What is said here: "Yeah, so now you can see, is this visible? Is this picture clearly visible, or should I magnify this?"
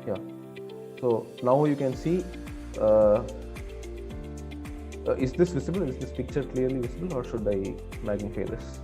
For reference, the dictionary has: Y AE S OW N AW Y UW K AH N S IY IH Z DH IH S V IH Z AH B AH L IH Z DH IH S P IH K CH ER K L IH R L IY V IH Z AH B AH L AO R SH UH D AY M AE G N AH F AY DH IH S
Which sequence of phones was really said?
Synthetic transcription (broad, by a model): Y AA S OW N AW Y UW K AH N S IY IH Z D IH S V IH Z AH B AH L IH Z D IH S P IH K CH ER K L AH R L IY V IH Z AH B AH L AO R SH UH D AY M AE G AH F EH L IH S